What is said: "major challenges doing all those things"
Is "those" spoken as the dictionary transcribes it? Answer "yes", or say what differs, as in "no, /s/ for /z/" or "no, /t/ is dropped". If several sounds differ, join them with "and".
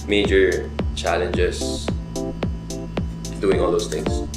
no, /s/ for /z/